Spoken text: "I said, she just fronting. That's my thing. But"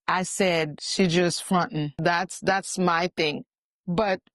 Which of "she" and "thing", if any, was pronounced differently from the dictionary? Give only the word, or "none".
none